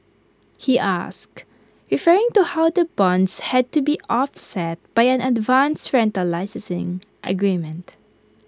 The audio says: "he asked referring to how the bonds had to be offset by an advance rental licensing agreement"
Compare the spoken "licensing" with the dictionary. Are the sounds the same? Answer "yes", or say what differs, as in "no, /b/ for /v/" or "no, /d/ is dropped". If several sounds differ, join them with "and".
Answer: no, /n/ is dropped